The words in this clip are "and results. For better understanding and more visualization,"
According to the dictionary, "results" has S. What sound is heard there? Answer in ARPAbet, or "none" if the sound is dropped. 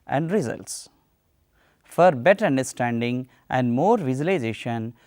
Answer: S